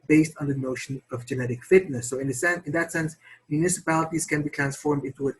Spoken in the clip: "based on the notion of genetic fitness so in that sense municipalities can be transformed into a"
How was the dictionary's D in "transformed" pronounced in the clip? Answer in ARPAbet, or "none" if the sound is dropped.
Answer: D